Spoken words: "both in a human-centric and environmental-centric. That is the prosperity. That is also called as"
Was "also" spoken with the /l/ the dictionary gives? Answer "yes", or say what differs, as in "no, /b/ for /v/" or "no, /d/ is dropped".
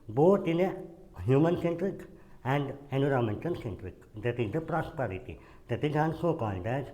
no, /n/ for /l/